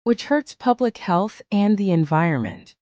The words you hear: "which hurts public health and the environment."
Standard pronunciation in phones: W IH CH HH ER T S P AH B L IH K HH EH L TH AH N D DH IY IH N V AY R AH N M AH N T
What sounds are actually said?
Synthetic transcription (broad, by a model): W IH CH HH ER T S P AH B L IH K HH EH L TH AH N DH IY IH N V AY R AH N M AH N T